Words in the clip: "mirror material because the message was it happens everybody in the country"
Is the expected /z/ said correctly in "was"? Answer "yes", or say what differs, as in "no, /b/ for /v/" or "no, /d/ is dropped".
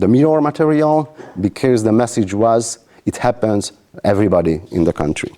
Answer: yes